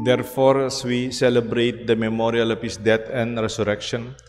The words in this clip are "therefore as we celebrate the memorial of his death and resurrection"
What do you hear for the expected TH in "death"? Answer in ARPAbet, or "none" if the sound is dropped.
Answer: T